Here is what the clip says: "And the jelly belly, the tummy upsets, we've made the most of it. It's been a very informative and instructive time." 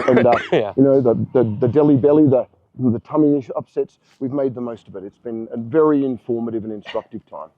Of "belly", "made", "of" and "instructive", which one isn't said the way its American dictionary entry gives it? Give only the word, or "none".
none